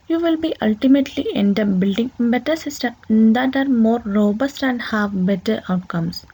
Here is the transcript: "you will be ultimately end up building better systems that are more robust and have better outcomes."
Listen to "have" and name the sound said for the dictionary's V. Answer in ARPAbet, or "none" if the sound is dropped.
V